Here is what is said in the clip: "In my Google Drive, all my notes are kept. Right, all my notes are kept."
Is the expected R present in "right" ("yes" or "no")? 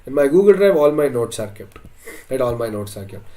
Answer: no